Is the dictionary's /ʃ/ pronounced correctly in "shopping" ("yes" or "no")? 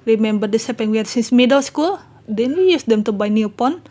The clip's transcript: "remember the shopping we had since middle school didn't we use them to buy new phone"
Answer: no